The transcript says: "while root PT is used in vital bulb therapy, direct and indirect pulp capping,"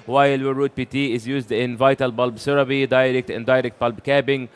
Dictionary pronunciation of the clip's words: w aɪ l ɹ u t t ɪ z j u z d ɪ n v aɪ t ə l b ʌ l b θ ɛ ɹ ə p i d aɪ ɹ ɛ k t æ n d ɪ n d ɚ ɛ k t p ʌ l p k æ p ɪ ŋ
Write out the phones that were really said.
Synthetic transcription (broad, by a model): w aɪ l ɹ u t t ɪ z j u z d ɪ n v aɪ t ə l b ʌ l b s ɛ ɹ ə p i d aɪ ɹ ɛ k t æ n d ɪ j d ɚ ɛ k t b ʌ l b k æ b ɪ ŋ